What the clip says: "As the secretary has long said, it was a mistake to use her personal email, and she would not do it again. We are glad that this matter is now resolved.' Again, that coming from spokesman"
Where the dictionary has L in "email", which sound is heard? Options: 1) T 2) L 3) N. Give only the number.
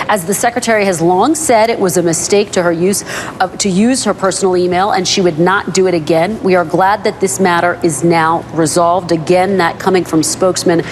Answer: 2